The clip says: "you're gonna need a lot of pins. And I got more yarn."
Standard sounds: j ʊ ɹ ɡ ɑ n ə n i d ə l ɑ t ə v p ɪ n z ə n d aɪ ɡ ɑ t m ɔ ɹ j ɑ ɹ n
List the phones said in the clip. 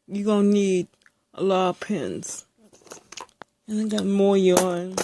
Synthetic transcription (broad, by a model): j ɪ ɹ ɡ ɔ ə n i d ə l ɑ t ə v p ɪ n z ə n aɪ ɡ ɑ t m ɔ ɹ j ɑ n